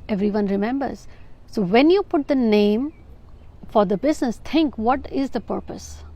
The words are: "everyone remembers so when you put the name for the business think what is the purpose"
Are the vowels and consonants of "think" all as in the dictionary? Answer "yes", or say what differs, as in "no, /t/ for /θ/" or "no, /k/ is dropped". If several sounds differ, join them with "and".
no, /t/ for /θ/